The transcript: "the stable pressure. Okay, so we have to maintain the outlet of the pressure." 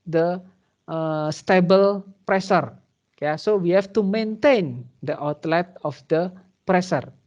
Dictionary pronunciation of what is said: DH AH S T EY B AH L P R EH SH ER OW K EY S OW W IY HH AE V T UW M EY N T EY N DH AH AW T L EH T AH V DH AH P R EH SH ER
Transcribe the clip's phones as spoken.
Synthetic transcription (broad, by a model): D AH S T EY B AH L P R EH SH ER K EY S OW W IY HH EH F T UW M EY N T EY N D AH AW T L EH T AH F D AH P R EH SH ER